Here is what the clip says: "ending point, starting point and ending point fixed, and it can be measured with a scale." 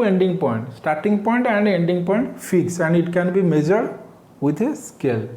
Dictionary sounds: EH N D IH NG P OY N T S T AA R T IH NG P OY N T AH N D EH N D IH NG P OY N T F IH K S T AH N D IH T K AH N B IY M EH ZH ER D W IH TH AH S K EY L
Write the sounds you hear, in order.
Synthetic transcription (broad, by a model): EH N D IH NG P OY N T S T AA R T IH NG P OY N T AH N D EH N D IH NG P OY N T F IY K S AH N D IH T K AH N B IY M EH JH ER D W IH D AH S K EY L